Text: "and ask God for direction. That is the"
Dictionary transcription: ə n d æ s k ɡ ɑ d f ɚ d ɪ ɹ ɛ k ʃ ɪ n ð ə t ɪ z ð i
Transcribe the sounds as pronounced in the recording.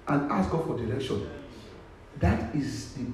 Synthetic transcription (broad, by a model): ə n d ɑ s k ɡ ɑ f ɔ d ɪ l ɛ k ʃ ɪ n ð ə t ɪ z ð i